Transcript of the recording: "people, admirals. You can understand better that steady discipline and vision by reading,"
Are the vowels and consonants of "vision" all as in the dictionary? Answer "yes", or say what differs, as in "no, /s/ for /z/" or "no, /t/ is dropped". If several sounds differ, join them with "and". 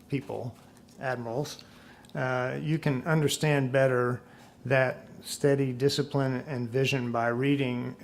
yes